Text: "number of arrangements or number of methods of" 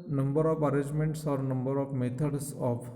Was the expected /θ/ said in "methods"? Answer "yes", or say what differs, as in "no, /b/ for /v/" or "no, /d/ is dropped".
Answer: no, /t/ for /θ/